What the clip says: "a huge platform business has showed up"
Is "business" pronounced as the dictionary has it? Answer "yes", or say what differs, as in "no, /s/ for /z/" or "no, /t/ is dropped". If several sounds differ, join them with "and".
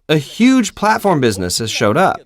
yes